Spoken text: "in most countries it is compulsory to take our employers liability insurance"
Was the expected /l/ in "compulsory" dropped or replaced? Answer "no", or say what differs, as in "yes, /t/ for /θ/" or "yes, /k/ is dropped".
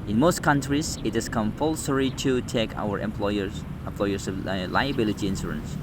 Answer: no